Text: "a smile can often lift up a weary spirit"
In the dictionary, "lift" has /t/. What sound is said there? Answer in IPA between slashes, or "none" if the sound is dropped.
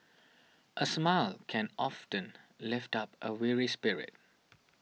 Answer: /t/